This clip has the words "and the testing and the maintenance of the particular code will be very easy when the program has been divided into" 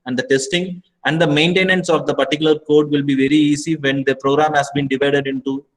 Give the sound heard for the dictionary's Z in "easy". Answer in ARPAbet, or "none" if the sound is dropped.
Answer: S